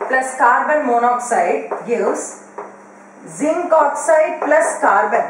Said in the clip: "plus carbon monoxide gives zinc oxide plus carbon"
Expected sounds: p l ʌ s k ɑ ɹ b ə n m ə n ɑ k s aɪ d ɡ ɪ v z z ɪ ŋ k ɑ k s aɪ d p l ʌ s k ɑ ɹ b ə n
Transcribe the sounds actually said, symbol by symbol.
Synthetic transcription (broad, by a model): p l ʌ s k ɑ ɹ b ə n m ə n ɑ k s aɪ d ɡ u z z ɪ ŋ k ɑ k s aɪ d p l ʌ s k ɑ ɹ b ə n